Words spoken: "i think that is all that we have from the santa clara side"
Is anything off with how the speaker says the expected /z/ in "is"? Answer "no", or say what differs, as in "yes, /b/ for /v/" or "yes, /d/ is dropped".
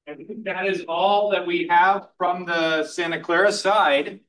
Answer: no